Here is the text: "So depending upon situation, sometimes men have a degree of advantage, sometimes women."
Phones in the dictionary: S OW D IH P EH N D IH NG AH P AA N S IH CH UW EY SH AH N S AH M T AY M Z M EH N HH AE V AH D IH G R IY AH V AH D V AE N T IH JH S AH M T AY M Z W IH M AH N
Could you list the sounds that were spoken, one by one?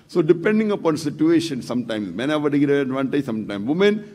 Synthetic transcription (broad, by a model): S OW D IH P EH N D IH NG AH P AA N S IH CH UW EY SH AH N S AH M T AY M S M EH N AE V AH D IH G IY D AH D V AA N T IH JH S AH M T AY M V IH M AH N